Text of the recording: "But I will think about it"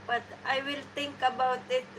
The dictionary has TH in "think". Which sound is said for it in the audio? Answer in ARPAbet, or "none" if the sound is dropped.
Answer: T